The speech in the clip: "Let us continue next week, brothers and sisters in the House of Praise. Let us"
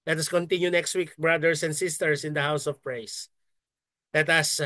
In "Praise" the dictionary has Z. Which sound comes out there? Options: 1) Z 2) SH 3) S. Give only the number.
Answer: 3